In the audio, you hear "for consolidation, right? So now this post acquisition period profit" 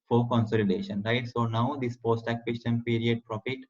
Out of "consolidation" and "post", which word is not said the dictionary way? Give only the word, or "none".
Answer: none